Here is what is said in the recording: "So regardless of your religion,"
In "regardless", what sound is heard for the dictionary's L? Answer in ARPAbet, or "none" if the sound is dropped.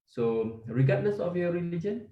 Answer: N